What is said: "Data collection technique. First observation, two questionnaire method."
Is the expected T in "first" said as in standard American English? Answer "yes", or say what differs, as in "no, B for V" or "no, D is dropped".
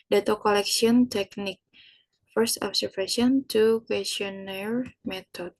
yes